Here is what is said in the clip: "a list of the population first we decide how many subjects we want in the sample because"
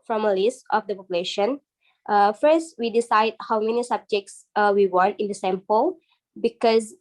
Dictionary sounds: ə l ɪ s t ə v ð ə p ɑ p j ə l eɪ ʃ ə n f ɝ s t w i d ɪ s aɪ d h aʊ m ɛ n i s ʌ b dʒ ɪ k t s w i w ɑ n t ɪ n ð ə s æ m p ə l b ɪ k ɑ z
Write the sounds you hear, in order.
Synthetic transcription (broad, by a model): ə l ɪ s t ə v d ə p ɑ p j ə l eɪ ʃ ə n f ɝ s t w i d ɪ s aɪ d h aʊ m ɛ n i s ʌ b dʒ ɪ k t s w i w ɑ n t ɪ n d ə s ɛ m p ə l b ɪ k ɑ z